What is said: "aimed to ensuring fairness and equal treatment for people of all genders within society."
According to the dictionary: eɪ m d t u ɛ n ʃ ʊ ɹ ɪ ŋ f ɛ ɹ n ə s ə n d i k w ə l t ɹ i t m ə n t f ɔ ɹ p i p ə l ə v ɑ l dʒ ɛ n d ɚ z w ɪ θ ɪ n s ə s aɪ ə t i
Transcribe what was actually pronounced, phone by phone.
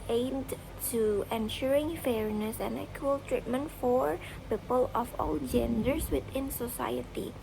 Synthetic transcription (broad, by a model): eɪ m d t u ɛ n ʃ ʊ ɹ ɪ ŋ f ɛ ɹ n ə s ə n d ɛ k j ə l t ɹ i t m ə n t f ɔ ɹ p i p ə l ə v ɑ l dʒ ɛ n d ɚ s w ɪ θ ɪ n s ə s aɪ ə t i